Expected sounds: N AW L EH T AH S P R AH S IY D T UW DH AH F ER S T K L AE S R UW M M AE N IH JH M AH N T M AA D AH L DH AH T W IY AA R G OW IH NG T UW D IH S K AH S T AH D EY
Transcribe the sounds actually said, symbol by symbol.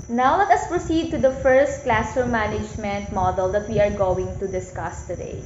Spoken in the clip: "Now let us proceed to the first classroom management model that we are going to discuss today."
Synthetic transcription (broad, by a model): N AW L EH T AH S P R AH S IY D T UW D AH F ER S T K L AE S UW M M AE N IH JH M AH N T M AA D AH L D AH T W IY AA R G OW IH NG T UW D IH S K AH S T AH D EY